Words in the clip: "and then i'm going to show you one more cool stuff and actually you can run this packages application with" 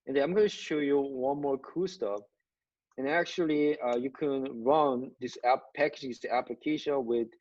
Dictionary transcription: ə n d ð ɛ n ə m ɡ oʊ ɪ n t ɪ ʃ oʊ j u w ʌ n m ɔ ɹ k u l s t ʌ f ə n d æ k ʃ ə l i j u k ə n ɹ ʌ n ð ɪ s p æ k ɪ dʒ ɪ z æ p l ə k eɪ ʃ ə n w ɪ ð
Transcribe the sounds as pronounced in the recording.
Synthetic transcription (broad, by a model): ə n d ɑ ə m ɡ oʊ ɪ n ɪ ʃ oʊ j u w ʌ n m ɔ ɹ k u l s t ʌ f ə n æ k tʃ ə l i j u k ə n ɹ ʌ n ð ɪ s p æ k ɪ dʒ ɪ s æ p l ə k eɪ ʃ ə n w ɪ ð